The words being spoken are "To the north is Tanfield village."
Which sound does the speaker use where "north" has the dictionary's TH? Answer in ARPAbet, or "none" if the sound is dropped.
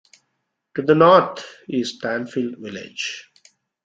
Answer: T